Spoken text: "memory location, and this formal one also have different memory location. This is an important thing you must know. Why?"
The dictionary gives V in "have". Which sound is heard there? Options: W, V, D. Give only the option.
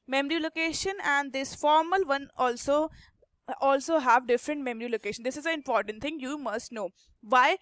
V